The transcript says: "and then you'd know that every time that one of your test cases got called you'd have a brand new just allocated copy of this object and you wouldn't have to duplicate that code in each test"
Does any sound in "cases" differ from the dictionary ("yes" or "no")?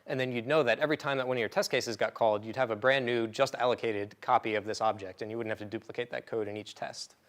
no